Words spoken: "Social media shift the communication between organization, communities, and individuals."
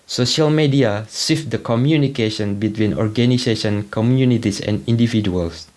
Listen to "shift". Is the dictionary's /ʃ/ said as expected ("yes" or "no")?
no